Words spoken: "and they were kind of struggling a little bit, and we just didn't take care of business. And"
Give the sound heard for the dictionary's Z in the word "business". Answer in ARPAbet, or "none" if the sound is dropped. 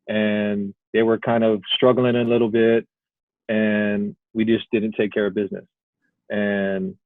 Z